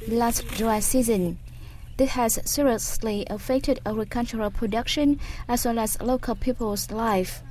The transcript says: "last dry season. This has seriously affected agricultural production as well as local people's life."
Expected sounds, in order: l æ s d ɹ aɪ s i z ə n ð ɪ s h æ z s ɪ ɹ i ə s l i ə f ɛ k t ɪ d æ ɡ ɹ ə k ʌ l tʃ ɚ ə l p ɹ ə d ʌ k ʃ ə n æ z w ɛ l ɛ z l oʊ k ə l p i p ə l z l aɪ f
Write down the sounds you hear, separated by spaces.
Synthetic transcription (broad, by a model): l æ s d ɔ s i z ə n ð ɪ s h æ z s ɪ ɹ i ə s l i ə f ɛ k t ɪ d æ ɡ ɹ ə k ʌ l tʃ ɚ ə l p ɹ ə d ʌ k ʃ ə n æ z w ɛ l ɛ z l oʊ k ə l p i p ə l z l aɪ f